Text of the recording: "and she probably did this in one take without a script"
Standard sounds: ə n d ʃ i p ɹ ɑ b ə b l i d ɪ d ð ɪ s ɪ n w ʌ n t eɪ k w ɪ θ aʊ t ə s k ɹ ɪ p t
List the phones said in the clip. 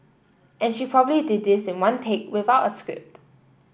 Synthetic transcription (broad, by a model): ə n ʃ i p ɹ ɑ b ə b l i d ɪ d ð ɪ s ɪ n w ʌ n t eɪ k w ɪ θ aʊ t ə s k ɹ ɪ p t